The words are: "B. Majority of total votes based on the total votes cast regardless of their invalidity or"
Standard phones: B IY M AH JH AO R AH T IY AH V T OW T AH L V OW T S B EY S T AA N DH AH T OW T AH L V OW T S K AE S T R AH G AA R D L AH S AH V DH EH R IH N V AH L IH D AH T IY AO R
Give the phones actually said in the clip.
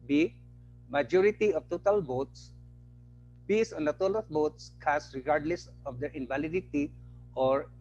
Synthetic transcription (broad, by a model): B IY M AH JH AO R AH T IY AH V T OW T AH L B OW T S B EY S AA N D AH T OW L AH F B OW T S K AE S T R AH G AA R D L AH S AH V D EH R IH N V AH L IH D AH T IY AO R